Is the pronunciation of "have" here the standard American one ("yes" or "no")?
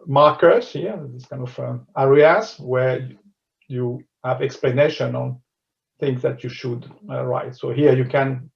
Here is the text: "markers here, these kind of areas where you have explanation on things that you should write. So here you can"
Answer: yes